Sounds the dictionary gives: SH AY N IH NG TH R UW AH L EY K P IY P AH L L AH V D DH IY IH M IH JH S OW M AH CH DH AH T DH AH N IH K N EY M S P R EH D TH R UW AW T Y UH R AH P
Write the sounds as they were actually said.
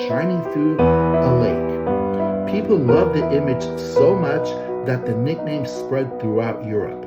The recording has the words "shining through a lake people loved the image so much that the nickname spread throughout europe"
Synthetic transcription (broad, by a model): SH AY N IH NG F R AH L EY K P IY P L L AH V DH IY IH M IH JH S OW M AH CH DH AH T DH AH N IH K N EY M S P R EH D TH R UW AW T Y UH R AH P